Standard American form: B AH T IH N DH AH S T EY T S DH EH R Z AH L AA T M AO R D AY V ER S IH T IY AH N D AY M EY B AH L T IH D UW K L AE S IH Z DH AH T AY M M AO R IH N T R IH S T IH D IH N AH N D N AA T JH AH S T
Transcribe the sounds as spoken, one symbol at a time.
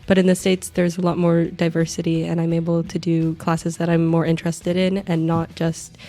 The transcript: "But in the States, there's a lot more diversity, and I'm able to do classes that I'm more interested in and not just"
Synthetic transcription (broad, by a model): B AH T IH N DH AH S T EY T S DH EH R Z AH L AA T M AO R D AY V ER S IH T IY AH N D AY M EY B L T IH D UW K L AE S IH Z DH AH T AY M M AO R IH N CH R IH S T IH D IH N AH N N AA T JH AH S T